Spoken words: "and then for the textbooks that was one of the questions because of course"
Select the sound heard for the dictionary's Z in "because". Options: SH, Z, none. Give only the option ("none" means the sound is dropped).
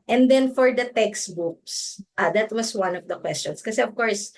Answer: none